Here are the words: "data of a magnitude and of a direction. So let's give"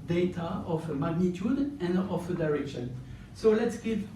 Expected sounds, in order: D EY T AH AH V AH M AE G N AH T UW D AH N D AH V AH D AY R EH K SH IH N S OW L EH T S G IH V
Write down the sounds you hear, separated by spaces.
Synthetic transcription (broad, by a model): D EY T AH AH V AH M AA G N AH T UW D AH N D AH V AH D AY R EH K SH IH N S OW L EH T S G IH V